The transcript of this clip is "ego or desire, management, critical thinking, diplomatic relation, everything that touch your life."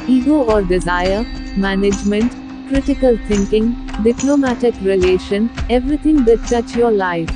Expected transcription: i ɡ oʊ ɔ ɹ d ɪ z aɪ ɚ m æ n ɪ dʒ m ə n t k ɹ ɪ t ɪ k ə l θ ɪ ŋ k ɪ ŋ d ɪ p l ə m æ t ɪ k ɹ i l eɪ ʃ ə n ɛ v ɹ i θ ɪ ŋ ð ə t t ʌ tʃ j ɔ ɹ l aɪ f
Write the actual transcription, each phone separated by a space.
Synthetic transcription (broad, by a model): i ɡ oʊ ɔ ɹ d ɪ z aɪ ɚ m æ n ɪ dʒ m ə n t k ɹ ɪ t ɪ k ə l t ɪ ŋ k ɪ ŋ d ɪ p l ə m æ t ɪ k ɹ i l eɪ ʃ ə n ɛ v ɹ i t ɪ ŋ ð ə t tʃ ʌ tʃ j ɔ ɹ l aɪ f